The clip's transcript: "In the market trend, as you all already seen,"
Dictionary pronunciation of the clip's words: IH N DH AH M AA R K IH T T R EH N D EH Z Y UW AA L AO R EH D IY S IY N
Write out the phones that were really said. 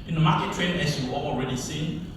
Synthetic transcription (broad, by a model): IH N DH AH M AA K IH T T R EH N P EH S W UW AA L AO R EH D IY S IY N